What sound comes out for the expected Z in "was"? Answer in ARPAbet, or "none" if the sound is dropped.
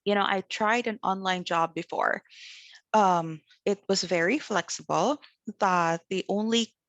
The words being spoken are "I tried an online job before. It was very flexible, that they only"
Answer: Z